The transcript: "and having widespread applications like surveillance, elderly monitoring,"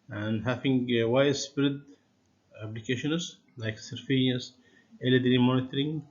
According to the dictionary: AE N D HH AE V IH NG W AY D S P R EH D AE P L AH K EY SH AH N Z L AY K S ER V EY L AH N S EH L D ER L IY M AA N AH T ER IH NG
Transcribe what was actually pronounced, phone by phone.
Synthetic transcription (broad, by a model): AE N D HH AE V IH NG W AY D S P R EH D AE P L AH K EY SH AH N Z L AY K S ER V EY AH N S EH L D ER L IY M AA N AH T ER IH NG